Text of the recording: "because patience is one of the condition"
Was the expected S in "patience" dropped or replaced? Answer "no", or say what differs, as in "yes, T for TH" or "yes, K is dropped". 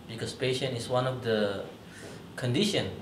yes, S is dropped